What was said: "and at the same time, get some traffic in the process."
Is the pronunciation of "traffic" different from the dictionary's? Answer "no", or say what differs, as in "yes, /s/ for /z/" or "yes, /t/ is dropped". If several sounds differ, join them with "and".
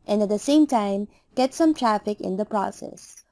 no